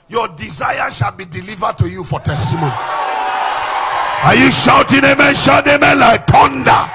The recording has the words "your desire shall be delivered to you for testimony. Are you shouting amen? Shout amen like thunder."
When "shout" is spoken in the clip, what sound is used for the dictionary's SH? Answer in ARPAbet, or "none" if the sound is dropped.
SH